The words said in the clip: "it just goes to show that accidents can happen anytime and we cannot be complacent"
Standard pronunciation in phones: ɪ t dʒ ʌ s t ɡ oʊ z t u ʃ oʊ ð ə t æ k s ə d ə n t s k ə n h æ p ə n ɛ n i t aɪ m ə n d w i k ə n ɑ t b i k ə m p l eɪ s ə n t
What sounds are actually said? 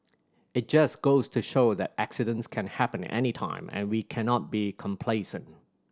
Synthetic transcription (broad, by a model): ɪ t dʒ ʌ s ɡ oʊ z t u ʃ oʊ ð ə t æ k s ə d ə n t s k ə n h æ p ə n ɛ n i t aɪ m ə n w i k ə n ɑ t b i k ə m p l eɪ s ə n t